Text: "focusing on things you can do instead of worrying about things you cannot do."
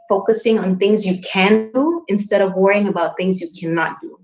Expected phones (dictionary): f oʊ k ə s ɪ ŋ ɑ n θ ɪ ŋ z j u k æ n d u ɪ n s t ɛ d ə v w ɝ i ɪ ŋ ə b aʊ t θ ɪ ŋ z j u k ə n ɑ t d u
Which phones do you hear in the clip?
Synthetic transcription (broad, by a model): f oʊ k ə s ɪ ŋ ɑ n θ ɪ ŋ z j u k æ n d u ɪ n s t ɛ d ə v w ɝ i ɪ ŋ ə b aʊ t θ ɪ ŋ z j u k ə n ɑ t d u